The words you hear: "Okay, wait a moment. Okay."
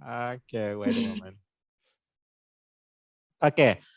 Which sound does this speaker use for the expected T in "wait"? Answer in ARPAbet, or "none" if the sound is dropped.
none